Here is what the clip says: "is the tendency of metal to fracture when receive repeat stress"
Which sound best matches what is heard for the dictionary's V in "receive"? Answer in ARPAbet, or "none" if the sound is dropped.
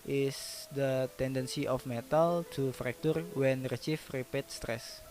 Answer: F